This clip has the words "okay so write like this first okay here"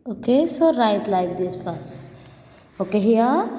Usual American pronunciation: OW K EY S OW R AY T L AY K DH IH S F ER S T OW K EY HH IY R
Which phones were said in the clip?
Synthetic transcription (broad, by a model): OW K EY S OW R AY T L AY K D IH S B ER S OW K EY HH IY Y